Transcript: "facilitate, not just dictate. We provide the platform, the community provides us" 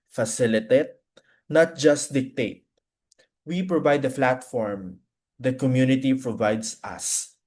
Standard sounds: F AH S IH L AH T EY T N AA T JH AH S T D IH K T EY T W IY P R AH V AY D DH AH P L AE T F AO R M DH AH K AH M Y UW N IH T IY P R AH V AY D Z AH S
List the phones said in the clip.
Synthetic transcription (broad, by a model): F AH S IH L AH T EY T N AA T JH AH S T D IH K T EY T W IY P R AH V AY D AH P L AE T F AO R M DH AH K AH M Y UW N IH T IY P R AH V AY D S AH S